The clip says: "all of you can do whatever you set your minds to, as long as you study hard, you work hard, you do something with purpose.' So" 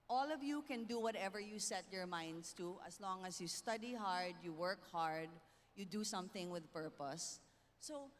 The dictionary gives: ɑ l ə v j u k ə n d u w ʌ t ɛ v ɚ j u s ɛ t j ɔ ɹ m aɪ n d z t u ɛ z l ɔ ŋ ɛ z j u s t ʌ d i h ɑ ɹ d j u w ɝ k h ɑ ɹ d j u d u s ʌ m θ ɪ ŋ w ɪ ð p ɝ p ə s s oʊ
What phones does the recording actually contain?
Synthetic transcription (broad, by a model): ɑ l ə v j u k ə n d u w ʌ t ɛ v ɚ j u s ɛ t j ɔ ɹ m aɪ n d s t u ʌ s l ɔ ŋ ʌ s j u s t ʌ d i h ɑ ɹ d j u w ɝ k h ɑ ɹ d j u d u s ʌ m θ ɪ ŋ w ɪ ð p ɝ p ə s s oʊ